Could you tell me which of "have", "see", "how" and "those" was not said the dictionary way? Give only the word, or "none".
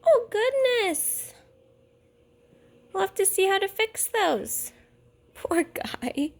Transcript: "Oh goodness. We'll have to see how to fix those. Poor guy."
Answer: have